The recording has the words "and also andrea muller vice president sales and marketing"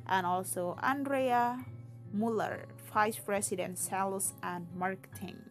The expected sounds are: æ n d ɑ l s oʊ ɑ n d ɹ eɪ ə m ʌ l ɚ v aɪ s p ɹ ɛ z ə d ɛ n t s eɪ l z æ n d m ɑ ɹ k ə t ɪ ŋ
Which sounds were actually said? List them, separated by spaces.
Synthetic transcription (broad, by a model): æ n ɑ l s oʊ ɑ n d ɹ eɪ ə m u l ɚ f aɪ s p ɹ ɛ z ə d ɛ n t s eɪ l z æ n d m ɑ ɹ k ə t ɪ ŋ